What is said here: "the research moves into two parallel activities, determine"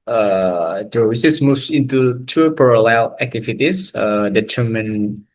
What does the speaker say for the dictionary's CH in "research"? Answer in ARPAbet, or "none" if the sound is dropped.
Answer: S